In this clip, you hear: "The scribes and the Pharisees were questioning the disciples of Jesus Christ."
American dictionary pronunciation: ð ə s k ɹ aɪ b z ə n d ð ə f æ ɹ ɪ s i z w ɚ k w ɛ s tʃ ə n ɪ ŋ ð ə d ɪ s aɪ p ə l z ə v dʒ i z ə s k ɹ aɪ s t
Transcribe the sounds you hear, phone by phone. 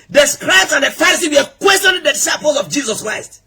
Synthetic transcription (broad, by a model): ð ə s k ɹ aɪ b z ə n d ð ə f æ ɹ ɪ s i w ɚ k w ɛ s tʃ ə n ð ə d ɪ s aɪ p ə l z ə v dʒ i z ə s k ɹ aɪ s t